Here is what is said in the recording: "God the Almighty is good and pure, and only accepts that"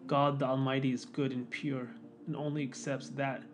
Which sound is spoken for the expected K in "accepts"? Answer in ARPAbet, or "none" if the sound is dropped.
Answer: K